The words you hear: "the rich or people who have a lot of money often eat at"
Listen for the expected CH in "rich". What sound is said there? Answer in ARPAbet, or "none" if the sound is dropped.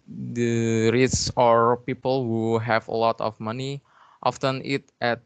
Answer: S